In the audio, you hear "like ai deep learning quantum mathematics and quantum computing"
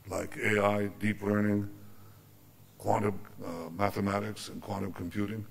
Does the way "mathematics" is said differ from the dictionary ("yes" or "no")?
no